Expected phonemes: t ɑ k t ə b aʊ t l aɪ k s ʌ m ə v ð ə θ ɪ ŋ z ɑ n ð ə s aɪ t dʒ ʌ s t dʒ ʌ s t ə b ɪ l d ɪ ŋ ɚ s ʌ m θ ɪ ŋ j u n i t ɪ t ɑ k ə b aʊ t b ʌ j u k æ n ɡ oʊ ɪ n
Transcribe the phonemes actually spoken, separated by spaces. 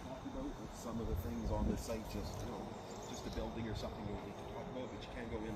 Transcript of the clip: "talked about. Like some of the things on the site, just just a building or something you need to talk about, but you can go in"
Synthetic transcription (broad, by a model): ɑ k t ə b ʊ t w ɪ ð s ʌ m ə v ð ə θ ɪ ŋ z n ð ə s aɪ t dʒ ʌ s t dʒ ʌ s t ə b ɪ l d ɪ ŋ ɚ s ʌ m θ ɪ ŋ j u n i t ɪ t ɑ k ə b aʊ t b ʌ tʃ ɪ k æ n ɡ oʊ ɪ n